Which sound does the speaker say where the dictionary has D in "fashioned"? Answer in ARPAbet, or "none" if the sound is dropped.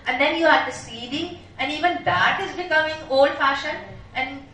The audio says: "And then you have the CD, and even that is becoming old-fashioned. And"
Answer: none